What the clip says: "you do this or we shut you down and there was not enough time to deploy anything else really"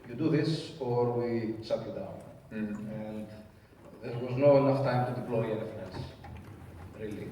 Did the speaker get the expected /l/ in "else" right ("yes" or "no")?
no